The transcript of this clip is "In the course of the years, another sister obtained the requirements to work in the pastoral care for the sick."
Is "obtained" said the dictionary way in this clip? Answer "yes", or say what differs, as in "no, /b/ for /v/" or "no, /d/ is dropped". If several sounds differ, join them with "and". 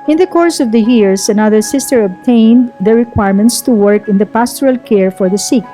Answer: yes